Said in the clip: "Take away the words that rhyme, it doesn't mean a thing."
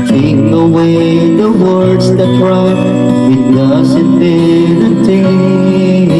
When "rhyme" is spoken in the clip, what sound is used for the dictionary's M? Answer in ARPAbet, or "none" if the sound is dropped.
none